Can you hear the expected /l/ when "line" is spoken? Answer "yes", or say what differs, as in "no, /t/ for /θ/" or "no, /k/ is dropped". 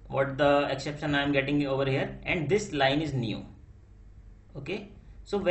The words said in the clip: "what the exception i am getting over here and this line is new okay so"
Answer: yes